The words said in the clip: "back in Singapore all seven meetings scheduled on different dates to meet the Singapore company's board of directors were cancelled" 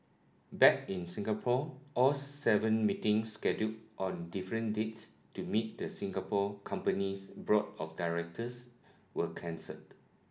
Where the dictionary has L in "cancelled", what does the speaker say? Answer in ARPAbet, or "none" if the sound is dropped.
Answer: none